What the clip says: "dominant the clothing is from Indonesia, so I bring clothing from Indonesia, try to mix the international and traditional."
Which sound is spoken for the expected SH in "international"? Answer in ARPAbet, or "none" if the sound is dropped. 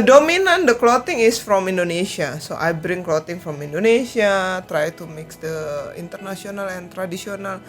S